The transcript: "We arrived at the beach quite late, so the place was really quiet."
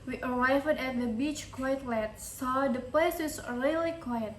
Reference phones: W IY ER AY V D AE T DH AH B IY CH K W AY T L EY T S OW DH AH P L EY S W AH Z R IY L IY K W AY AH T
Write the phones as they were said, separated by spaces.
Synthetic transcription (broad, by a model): W IY ER AY V D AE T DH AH B IY CH K W AY T L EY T S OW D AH P L EY S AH S R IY L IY K W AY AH T